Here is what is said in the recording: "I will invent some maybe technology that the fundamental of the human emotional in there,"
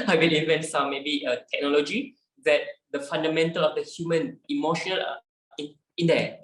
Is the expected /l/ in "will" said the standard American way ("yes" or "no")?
no